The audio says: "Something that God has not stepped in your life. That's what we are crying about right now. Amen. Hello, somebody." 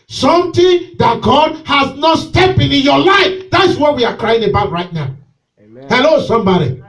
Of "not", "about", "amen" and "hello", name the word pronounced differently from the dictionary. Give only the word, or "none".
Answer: amen